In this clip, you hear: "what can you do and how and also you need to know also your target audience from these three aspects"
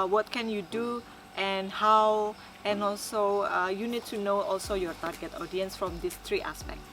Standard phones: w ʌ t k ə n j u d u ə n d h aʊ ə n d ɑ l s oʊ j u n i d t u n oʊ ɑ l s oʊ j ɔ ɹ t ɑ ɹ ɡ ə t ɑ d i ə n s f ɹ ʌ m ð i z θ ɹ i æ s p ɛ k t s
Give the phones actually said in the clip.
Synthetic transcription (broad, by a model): w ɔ t k ə n j u d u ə n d h aʊ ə n ɑ l s oʊ j u n i d t u n oʊ ɑ l s oʊ j ɔ ɹ t ɑ ɹ ɡ ə t ɑ d i ə n s f ɹ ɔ m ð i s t ɹ i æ s p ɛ k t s